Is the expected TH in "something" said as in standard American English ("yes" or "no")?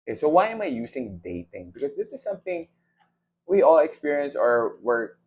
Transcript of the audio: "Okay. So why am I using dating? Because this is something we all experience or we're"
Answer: yes